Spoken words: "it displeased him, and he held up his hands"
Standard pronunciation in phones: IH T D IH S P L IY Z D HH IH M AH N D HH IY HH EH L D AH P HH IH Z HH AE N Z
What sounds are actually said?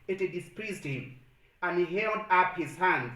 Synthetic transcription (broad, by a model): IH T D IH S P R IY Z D HH IH M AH N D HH IY HH EH L D AH P HH IH Z HH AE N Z